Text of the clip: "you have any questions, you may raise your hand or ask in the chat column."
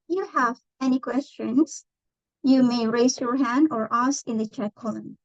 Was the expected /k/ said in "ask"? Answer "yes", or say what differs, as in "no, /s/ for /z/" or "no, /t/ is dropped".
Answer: no, /k/ is dropped